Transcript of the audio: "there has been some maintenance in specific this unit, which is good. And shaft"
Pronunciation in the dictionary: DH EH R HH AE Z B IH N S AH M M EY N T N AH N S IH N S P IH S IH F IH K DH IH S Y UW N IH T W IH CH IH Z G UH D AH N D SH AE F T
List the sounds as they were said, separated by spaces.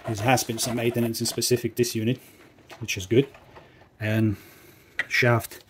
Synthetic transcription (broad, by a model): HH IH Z HH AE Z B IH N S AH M M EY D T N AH N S IH N S P IH S IH F IH K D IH S Y UW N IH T W IH CH IH Z G UH D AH N SH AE F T